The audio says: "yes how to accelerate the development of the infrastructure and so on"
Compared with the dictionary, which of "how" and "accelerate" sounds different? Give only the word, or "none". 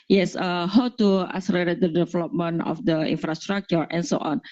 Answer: accelerate